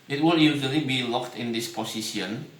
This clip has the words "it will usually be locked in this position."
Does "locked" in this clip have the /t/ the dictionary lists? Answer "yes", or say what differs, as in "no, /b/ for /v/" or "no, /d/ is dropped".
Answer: yes